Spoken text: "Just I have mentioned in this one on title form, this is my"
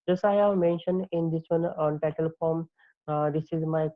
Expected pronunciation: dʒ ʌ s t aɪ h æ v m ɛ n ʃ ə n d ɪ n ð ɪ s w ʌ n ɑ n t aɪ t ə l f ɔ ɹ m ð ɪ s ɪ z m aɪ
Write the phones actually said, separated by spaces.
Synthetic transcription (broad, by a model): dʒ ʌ s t aɪ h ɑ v m ɛ n ʃ ə n d ɪ n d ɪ s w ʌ n ɑ n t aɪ t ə l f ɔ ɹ m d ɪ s ɪ z m aɪ